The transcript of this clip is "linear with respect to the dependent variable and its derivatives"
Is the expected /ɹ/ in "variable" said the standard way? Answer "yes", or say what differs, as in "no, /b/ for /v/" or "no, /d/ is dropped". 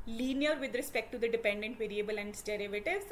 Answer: yes